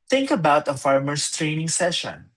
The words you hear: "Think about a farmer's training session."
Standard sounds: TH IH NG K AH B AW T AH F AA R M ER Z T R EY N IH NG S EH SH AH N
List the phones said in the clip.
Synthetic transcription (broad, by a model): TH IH NG K AH B AW T AH F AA R M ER S T R EY N IH NG S EH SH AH N